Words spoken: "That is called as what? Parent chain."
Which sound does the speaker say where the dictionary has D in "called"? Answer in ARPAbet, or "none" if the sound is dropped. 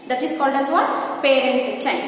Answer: D